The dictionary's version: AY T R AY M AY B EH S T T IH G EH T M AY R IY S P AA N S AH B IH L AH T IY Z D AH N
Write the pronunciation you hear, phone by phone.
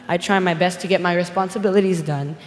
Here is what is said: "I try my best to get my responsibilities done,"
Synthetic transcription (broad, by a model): AY T R AY M AY B EH S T T IH G EH T M AY R IY S P AA N S AH B IH L AH T IY Z D AH N